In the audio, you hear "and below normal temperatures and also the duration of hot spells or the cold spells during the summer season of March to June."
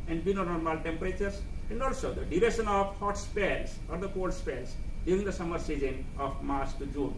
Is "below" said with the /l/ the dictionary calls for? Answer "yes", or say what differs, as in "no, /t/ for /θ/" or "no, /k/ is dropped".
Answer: no, /n/ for /l/